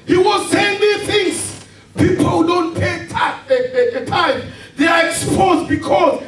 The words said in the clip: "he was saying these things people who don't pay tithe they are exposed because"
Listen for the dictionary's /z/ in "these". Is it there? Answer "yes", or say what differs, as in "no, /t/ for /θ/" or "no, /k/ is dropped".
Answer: no, /z/ is dropped